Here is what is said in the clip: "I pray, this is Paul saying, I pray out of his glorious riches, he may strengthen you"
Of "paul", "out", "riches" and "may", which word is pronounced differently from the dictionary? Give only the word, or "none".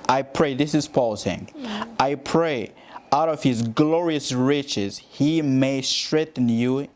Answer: none